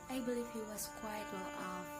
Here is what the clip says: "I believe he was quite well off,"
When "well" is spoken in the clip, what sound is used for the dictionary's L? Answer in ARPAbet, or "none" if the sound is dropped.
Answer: N